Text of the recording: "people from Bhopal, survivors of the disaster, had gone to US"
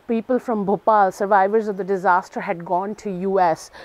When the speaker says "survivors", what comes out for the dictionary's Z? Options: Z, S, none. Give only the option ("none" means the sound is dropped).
Z